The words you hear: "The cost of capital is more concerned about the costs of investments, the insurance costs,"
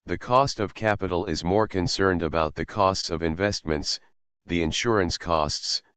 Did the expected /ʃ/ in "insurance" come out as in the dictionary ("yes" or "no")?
yes